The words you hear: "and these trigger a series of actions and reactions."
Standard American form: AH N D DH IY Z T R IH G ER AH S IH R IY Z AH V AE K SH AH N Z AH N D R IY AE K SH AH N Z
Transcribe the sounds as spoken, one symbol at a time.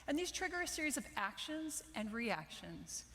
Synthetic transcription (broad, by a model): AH N DH IY Z T R IH G ER AH S IH R IY Z AH V AE K SH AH N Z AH N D R IY AE K SH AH N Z